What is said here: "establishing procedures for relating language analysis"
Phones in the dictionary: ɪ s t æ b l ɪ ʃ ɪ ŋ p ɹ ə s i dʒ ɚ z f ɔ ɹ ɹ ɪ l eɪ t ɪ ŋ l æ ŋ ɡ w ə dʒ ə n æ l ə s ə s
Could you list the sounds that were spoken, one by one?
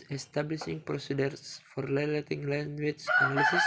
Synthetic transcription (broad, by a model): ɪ s t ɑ b l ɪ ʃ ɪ ŋ p ɹ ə s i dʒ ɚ s f ɔ ɹ l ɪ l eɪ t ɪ ŋ l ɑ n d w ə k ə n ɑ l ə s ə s